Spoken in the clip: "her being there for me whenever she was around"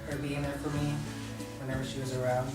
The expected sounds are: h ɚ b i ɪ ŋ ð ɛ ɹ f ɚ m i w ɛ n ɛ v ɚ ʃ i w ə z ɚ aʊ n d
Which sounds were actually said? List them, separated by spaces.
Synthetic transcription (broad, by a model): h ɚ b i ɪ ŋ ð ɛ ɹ f ɚ m i w ɛ n ɛ v ɚ ʃ i w ə z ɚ aʊ n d